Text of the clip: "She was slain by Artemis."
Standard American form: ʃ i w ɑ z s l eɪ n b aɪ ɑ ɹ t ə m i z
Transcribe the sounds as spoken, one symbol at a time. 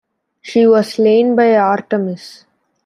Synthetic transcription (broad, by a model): ʃ i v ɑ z s l eɪ n b aɪ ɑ ɹ t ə m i s